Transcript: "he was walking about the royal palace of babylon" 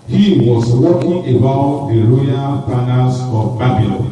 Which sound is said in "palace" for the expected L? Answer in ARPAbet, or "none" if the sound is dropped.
N